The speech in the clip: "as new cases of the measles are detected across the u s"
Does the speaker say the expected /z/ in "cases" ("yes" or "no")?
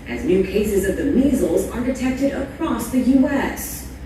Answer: yes